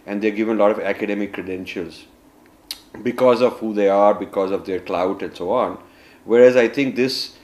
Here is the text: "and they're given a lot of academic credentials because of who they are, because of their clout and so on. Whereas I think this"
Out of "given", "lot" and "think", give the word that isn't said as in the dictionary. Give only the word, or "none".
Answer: think